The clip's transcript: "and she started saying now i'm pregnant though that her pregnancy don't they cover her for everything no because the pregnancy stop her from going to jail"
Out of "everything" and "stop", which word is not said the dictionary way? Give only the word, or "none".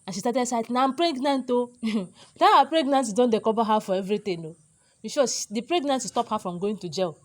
everything